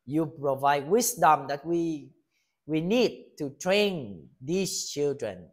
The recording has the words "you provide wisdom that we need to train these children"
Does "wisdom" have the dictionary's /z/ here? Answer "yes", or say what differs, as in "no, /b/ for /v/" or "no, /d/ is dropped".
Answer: no, /s/ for /z/